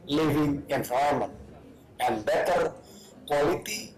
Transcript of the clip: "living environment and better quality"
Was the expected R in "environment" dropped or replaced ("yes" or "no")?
yes